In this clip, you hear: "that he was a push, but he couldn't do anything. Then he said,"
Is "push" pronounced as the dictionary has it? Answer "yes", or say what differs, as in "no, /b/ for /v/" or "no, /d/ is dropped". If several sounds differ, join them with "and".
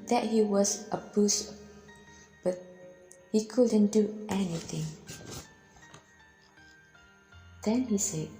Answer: no, /b/ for /p/ and /s/ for /ʃ/